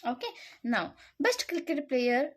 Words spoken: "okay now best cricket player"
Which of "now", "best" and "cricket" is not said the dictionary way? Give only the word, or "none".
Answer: cricket